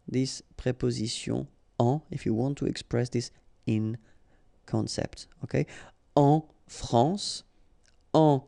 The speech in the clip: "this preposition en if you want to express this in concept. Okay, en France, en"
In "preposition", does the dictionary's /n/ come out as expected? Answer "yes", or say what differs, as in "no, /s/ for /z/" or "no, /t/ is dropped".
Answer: no, /n/ is dropped